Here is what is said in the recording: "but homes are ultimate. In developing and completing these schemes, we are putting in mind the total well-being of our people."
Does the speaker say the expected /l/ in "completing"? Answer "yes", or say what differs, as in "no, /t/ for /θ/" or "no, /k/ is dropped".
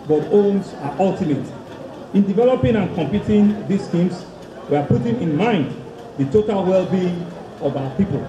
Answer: no, /l/ is dropped